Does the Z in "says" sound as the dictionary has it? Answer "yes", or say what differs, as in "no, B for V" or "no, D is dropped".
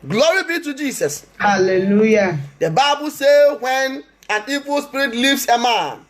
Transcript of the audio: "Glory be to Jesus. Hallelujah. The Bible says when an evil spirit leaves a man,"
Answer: no, Z is dropped